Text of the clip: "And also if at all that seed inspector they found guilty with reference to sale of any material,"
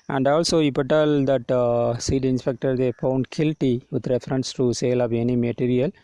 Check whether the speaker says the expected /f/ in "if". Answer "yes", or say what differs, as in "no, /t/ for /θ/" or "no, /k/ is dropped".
no, /p/ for /f/